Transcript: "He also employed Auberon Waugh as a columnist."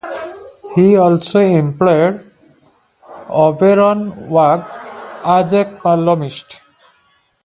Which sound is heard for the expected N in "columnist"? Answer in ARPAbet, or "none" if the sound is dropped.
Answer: none